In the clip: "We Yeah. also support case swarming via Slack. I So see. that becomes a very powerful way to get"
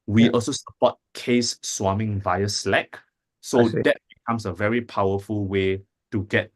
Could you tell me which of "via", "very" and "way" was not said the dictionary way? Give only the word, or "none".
none